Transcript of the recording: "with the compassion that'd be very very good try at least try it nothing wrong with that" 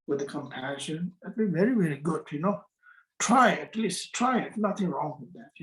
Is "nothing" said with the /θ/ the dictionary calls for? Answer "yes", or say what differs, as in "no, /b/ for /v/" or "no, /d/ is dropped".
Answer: yes